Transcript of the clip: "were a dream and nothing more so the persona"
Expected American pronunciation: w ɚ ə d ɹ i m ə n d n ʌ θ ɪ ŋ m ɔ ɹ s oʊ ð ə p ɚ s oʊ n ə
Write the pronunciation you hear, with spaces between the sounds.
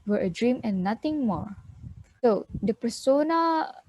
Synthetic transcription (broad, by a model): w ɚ ə d ɹ i m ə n n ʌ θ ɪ ŋ m ɔ ɹ s oʊ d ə p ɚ s oʊ n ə